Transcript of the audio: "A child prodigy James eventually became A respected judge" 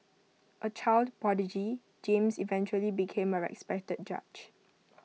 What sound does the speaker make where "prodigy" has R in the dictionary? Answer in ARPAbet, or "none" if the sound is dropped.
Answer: none